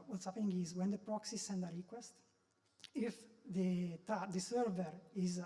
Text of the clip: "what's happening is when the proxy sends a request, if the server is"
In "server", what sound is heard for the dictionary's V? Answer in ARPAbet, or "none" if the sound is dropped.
V